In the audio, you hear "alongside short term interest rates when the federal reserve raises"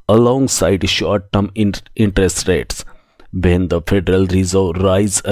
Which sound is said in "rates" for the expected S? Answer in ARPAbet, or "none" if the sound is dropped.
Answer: S